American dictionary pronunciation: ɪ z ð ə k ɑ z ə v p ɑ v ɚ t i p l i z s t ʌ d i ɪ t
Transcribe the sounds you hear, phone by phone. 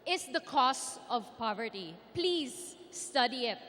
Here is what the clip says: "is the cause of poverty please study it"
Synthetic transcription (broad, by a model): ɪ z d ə k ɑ s ə v p ɑ v ɚ t i p l i z s t ʌ d i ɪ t